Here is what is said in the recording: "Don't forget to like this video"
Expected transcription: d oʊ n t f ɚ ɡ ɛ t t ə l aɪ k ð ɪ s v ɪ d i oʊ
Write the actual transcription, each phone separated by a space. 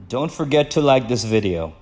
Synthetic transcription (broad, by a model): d oʊ n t f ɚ ɡ ɛ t t ə l aɪ k ð ɪ s v ɪ d i oʊ